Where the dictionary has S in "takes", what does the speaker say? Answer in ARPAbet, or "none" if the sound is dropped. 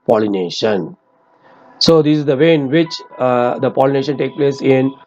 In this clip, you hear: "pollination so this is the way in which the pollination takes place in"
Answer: none